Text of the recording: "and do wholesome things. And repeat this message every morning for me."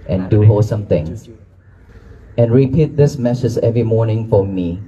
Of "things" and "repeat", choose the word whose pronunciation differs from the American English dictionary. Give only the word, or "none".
things